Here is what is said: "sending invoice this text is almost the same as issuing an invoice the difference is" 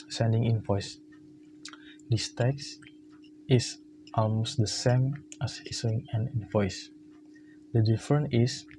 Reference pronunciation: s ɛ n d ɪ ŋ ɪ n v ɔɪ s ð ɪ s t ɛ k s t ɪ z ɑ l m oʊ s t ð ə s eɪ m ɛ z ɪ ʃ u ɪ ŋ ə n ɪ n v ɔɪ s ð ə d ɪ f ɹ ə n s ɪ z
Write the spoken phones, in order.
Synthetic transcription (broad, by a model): s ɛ n d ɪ ŋ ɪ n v ɔɪ s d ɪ s t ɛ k s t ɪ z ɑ l m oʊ s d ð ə s eɪ m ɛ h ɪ s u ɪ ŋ ə n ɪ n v ɔɪ s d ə d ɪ f ɹ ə n ɪ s